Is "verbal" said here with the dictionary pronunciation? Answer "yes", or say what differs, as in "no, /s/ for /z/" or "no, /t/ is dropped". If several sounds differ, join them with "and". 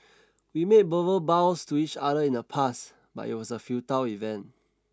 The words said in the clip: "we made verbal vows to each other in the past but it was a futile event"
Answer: no, /b/ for /v/